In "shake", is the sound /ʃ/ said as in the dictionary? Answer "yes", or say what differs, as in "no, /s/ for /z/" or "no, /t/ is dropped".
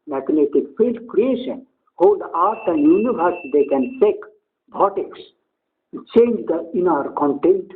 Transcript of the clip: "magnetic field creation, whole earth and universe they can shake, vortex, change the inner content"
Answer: no, /s/ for /ʃ/